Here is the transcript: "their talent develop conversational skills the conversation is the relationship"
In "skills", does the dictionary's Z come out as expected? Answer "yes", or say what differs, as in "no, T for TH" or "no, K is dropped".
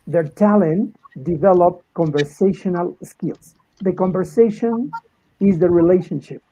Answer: no, S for Z